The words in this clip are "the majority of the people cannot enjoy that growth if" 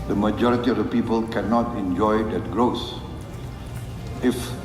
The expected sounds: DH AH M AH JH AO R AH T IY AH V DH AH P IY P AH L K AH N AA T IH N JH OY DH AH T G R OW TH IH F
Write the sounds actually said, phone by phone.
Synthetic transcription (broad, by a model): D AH M AH JH AO R AH T IY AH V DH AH P IY P AH L K AH N AA T IH N JH OY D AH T G R OW S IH F